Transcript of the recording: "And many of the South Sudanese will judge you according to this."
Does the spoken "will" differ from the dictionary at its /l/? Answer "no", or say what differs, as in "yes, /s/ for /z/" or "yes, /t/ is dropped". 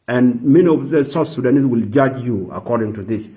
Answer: no